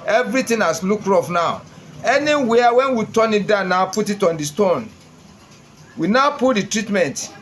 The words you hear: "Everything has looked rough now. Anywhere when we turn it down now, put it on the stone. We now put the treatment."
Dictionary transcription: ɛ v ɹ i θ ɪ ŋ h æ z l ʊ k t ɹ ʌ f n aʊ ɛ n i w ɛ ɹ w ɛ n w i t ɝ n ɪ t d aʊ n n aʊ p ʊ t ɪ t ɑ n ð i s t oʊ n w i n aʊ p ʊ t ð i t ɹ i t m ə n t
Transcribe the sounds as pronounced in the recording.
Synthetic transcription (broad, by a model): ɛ v ɹ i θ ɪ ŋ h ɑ s l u k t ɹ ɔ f n aʊ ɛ n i w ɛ w ɛ n w i t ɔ n ɪ t d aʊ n n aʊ p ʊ t ɪ t ɑ n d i s t oʊ n w i n aʊ p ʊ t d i t ɹ i t m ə n t